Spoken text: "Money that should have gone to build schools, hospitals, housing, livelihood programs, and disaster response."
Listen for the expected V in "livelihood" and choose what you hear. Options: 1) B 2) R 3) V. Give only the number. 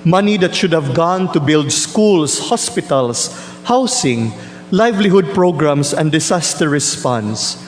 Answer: 3